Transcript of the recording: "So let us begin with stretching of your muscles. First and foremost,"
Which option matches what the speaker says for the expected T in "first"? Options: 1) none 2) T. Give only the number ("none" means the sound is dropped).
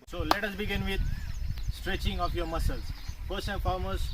1